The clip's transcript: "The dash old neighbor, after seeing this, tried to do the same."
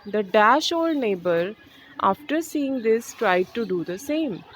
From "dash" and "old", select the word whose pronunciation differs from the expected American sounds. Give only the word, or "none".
none